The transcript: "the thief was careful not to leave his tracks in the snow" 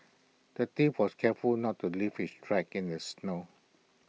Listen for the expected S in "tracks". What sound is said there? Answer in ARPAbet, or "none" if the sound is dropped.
none